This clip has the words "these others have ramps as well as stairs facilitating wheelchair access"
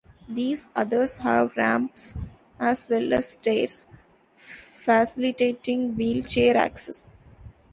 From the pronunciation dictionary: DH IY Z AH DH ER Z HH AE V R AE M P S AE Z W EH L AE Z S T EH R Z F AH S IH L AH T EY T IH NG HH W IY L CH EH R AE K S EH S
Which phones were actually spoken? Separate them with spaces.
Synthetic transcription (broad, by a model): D IY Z AH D ER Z HH AE V R AE M P S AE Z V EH L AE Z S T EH R S F AH S IH L AH T EY T IH NG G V IY L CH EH R AE K S EH S